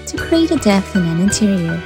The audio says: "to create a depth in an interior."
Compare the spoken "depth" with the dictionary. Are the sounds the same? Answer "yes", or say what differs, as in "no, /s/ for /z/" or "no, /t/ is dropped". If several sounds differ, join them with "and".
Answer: no, /p/ is dropped